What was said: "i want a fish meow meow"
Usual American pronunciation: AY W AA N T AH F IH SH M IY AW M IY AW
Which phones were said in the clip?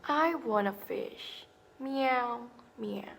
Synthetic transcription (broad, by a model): AY W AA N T AH F IH SH M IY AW M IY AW